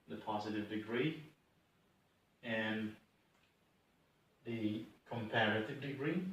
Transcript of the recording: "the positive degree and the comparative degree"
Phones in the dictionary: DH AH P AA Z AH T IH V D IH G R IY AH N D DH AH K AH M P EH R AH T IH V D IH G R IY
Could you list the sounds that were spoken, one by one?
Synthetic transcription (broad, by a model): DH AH P AA Z AH T IH V D IH G R IY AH N DH AH K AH M P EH R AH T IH V D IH G R IY